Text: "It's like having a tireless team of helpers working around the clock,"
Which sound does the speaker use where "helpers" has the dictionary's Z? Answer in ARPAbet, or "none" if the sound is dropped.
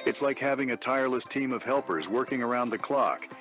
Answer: Z